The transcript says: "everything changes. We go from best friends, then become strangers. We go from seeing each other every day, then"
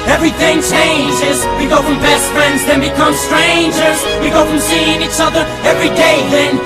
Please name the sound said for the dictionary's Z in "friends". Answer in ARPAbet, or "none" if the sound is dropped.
Z